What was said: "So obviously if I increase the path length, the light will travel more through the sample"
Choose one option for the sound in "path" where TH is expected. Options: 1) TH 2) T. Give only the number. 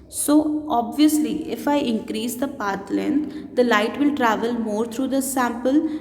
2